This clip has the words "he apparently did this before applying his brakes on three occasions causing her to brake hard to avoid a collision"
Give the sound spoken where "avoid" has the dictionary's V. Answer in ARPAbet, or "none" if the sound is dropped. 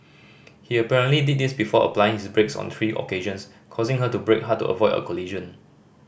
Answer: V